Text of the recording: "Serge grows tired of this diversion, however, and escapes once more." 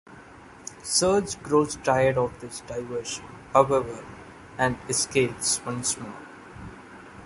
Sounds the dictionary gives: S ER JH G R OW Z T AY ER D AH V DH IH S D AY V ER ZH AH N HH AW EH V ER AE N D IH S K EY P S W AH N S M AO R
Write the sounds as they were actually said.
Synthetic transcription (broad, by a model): S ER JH G R OW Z T AY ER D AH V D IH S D AY V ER SH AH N HH AW EH V ER AE N D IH S K EY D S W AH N S M AO L